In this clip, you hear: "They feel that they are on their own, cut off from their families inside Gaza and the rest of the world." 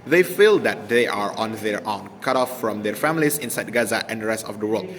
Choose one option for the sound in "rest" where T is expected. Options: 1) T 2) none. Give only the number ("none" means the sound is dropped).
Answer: 1